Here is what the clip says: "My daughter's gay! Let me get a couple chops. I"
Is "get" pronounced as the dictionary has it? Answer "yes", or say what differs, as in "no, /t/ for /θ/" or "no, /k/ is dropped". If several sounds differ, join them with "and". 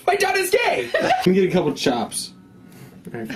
yes